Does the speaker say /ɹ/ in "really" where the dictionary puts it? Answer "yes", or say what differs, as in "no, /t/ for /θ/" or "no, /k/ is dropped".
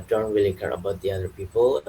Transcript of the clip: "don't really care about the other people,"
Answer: no, /w/ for /ɹ/